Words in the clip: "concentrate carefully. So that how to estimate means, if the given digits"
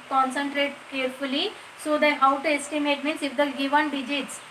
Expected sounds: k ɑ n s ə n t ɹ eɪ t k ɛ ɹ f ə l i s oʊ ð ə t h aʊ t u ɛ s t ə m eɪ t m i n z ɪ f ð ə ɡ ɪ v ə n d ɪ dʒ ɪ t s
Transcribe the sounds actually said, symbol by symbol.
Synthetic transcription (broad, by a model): k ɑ n s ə n t ɹ eɪ t k ɛ ɹ f ə l i s oʊ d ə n h aʊ t u ɛ s t ə m eɪ t m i n s ɪ f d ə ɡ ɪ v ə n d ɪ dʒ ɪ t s